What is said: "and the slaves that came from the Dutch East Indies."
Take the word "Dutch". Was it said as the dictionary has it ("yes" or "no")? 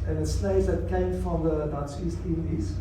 no